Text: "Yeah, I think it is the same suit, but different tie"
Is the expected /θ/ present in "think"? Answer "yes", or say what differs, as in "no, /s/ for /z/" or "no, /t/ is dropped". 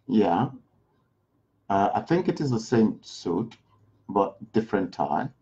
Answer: yes